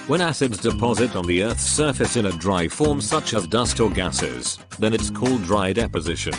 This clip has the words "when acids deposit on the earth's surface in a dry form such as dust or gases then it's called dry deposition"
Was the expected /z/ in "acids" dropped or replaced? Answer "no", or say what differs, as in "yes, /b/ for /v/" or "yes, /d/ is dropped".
no